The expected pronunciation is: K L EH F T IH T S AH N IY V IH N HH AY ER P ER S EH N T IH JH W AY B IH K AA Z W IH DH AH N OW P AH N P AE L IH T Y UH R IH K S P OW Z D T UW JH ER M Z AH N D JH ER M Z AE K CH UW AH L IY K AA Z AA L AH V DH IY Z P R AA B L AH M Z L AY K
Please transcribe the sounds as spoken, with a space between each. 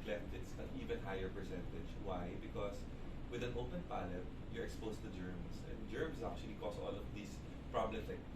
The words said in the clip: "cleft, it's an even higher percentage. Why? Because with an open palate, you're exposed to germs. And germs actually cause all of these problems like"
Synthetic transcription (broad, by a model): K L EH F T IH T S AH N IY V IH N HH AY ER P ER S EH N T IH JH W AY B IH K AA S W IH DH AH N OW P AH N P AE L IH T Y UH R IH K S P OW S T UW JH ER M S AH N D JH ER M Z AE K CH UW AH L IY K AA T AA L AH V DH IY S P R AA B L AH M S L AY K